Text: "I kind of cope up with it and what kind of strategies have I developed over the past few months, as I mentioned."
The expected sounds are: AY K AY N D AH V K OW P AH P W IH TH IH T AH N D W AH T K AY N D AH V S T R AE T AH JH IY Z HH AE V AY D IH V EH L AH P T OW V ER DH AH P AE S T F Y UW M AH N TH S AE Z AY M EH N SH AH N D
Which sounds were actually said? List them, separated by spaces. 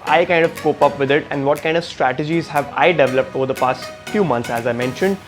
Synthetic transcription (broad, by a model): AY K AY N D AH V K OW P AH P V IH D IH T AH N D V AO T K AY N D AH V S T R AE T AH JH IY Z HH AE V AY D IH V EH L AH P T OW V ER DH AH P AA S T F Y UW M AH N T S AE Z AY M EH N SH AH N D